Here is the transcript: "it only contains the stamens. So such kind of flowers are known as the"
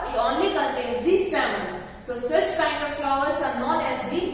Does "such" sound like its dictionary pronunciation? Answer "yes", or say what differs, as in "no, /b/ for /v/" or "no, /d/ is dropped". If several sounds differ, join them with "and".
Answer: yes